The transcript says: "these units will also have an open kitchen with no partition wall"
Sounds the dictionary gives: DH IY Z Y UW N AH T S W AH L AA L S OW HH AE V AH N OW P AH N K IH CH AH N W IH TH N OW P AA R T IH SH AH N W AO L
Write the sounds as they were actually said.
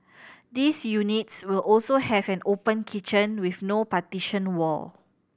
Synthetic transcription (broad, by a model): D IY S Y UW N AH T S W AH L AA L S OW HH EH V AH N OW P AH N K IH CH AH N W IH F N OW P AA T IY SH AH N W AO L